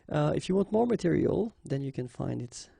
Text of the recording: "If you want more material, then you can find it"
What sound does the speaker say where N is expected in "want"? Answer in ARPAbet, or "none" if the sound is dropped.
N